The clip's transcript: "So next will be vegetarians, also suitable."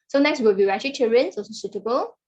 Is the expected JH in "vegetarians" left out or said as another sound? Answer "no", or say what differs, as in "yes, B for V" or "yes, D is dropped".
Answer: yes, CH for JH